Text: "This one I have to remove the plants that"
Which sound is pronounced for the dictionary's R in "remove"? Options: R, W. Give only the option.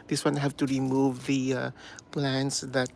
R